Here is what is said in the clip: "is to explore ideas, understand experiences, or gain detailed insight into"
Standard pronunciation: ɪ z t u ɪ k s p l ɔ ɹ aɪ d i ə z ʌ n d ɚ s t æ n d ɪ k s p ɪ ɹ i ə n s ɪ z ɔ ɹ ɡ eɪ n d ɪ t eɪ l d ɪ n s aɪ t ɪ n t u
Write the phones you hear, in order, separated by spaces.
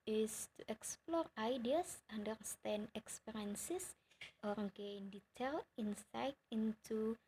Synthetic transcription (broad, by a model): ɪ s t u ɪ k s p l ɔ ɹ aɪ d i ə s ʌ n d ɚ s t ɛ n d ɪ k s p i ɹ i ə n s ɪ s ɔ ɹ ɡ eɪ n d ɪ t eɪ l ɪ n s aɪ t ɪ n t u